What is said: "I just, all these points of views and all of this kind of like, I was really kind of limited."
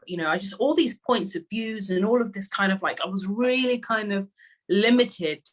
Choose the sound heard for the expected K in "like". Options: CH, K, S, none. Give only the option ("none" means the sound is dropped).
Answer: K